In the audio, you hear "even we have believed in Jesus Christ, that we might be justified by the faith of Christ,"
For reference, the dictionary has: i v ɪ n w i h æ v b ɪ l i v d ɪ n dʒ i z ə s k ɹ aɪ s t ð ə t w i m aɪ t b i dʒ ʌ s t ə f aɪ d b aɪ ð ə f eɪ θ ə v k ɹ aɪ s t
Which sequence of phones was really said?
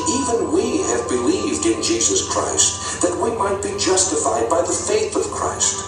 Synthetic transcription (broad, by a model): i v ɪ n w i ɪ v b ɪ l i v d ɪ n dʒ i z ə s k ɹ aɪ s t ð ə t w i m aɪ t b i dʒ ʌ s t ə f aɪ d b aɪ ð ə f eɪ θ ə v k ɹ aɪ s t